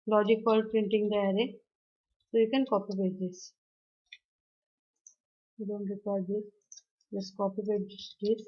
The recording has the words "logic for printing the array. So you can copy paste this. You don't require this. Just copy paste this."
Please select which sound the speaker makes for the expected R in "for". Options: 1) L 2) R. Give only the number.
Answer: 1